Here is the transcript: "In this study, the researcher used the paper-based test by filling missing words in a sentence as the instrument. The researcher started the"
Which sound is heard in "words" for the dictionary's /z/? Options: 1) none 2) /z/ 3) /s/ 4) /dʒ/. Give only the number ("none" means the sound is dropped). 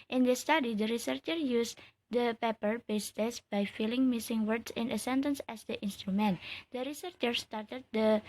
3